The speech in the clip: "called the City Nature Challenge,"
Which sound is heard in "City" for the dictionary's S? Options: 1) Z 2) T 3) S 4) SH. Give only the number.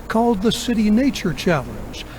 3